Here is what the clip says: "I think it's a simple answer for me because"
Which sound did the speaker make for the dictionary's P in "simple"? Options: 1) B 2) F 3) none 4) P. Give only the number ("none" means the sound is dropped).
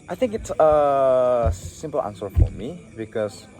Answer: 4